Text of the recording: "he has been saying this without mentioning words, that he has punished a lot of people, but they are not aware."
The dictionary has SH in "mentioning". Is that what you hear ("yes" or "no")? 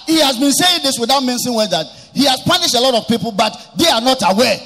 no